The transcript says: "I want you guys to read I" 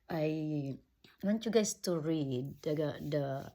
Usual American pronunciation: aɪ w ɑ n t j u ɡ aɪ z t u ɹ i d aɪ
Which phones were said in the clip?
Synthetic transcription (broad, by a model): aɪ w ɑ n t j u ɡ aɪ s t u ɹ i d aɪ